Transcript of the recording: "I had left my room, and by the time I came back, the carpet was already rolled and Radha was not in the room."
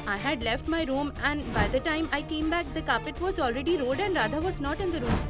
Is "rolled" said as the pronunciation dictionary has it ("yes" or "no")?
no